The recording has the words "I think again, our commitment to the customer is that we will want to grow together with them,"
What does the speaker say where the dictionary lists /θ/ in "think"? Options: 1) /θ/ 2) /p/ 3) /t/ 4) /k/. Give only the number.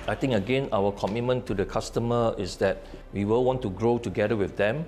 3